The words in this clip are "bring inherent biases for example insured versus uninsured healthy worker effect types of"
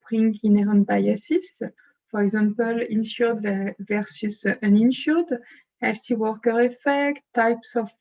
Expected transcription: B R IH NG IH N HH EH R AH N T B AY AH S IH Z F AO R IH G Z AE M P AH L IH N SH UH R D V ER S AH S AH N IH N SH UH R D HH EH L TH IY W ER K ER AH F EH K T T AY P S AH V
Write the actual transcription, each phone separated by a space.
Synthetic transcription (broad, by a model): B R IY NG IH N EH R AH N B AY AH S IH S F AO R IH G Z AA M P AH L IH N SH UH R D V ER S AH S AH N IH N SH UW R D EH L S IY W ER K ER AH F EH K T T AY P S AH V